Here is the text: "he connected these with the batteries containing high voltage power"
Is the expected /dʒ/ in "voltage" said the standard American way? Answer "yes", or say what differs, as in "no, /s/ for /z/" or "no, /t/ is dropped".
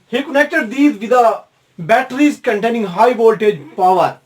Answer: yes